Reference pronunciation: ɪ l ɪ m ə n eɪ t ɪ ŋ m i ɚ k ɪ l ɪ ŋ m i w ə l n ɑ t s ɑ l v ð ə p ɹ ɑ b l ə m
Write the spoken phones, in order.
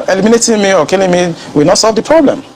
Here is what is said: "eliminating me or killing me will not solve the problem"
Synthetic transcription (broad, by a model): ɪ l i m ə n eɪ t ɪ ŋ m i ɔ k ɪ l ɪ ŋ m i w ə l n ɑ t s ɑ l v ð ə p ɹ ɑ b l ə m